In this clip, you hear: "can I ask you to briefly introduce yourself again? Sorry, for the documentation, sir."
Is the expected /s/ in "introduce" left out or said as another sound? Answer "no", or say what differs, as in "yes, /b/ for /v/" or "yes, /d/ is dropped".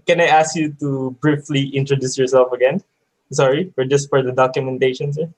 no